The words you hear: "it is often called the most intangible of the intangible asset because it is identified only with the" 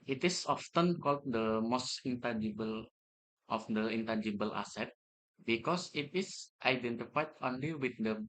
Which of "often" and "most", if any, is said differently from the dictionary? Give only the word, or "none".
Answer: none